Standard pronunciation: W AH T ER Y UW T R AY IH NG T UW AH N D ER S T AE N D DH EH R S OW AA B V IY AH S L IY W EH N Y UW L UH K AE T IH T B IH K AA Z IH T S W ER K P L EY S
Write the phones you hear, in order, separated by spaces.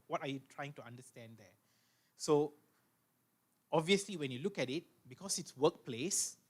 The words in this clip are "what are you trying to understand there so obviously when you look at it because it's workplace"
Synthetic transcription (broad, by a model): W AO T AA Y UW T R AY IH NG T UW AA N D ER S T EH N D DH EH S OW AA B V IY AH S L IY W EH N Y UW L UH K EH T IH T B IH K AA S IH T S W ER K P L EY S